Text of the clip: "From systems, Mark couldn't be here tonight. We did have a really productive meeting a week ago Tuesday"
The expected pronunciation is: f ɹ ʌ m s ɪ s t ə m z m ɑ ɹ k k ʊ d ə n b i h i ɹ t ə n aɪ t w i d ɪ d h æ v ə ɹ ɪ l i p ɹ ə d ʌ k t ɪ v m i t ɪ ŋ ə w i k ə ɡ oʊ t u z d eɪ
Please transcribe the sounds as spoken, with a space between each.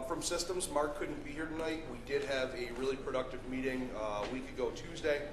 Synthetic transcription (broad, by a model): f ɹ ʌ m s ɪ s t ə m z m ɑ ɹ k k ʊ d n b i h i ɹ t ə n aɪ t w i d ɪ d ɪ v ə ɹ ɪ l i p ɹ ə d ʌ k t ɪ v m i t ɪ ŋ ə w i k ə ɡ oʊ t u z d eɪ